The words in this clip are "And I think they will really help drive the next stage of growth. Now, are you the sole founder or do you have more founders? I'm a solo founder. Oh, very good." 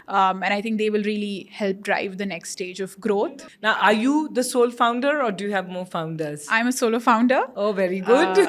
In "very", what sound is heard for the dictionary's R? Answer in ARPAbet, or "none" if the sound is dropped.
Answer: R